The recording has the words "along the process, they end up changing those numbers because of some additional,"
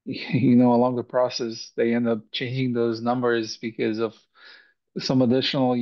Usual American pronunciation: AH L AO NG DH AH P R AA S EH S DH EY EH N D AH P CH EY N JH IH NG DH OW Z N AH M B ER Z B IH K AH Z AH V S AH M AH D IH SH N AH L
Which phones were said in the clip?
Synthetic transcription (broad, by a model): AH L AO NG DH AH P R AA S EH S DH EY EH N D AH P CH EY N JH IH NG DH OW Z N AH M B ER Z B IH K AH Z AH V S AH M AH D IH SH N L